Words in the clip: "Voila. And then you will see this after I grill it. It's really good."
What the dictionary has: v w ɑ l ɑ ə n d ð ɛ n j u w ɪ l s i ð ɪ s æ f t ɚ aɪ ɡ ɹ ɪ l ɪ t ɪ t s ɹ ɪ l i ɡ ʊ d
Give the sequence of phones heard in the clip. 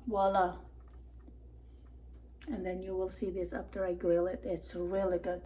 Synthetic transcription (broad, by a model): w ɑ l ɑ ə n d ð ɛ n j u w ɪ l s i ð ɪ s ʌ p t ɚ aɪ ɡ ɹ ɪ l ɪ t ɪ t s ɹ ɪ l i ɡ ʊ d